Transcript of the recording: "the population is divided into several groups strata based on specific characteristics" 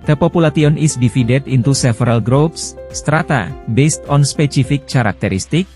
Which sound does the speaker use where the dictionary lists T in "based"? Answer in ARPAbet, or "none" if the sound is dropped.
T